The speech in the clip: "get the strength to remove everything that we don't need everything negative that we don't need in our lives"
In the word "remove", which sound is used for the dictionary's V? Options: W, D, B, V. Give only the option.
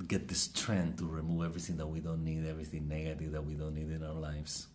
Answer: V